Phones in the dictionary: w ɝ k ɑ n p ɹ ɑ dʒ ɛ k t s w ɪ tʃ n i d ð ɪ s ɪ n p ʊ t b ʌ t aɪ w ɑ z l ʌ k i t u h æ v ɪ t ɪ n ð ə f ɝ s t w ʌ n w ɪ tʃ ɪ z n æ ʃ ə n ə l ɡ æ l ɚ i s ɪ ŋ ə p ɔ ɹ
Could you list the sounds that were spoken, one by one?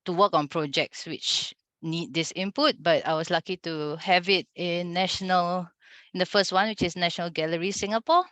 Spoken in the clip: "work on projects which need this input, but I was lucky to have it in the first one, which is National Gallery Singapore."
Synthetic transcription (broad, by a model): w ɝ k ɑ n p ɹ ɑ dʒ ɛ k t s w ɪ tʃ n i d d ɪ s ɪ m p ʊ t b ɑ t aɪ w ɑ s l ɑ k i t u h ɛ v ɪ t ɪ n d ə f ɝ s t w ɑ n w ɪ tʃ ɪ s n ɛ ʃ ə n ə l ɡ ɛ l ɚ i s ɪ ŋ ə p ɔ